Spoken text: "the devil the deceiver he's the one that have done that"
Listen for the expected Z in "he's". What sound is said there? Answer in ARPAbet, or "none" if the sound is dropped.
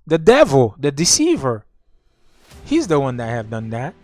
Z